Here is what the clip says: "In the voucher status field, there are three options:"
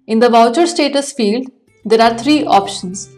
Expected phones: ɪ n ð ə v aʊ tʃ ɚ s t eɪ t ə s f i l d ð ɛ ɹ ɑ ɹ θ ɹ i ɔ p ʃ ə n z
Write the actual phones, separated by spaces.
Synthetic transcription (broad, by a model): ɪ n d ə v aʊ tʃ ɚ s t eɪ t ə s f i l d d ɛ ɹ ɑ ɹ t ɹ i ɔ p ʃ ə n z